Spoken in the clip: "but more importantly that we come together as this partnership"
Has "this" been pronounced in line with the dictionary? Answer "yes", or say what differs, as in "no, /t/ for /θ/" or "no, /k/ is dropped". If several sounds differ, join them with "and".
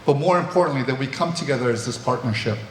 yes